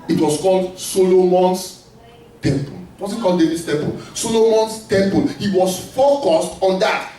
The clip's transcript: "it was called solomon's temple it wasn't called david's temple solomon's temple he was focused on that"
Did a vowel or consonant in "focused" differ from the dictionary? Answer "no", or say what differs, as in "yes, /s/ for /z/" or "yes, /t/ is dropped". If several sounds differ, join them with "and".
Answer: no